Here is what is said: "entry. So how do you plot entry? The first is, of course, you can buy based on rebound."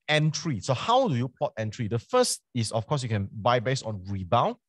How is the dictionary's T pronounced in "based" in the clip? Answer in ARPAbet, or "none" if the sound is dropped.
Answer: none